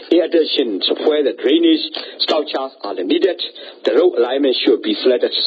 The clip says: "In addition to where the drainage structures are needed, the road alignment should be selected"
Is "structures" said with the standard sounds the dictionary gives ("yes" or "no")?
no